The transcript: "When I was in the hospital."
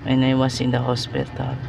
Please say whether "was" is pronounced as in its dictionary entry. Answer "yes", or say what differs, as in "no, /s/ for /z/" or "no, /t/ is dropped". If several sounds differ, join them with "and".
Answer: no, /s/ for /z/